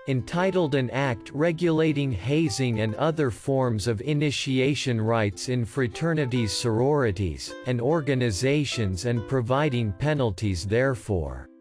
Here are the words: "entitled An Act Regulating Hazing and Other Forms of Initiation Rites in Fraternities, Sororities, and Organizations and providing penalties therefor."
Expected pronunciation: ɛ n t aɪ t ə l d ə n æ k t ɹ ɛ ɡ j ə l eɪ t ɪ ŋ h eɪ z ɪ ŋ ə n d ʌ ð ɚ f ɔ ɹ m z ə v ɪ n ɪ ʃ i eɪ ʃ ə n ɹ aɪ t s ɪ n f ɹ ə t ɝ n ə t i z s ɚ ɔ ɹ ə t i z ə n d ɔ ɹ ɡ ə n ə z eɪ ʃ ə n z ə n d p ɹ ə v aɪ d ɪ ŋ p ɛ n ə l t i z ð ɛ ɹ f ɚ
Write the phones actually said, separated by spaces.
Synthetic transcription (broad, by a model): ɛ n t aɪ t l d ə n æ k t ɹ ɛ ɡ j ə l eɪ t ɪ ŋ h eɪ z ɪ ŋ ə n d ʌ ð ɚ f ɔ ɹ m z ə v ɪ n ɪ ʃ i eɪ ʃ ə n ɹ aɪ t s ɪ n f ɹ ə t ɝ n ə t i z s ɚ ɔ ɹ ə t i z ə n d ɔ ɹ ɡ ə n ə z eɪ ʃ ə n z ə n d p ɹ ə v aɪ d ɪ ŋ p ɛ n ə l t i z ð ɛ ɹ f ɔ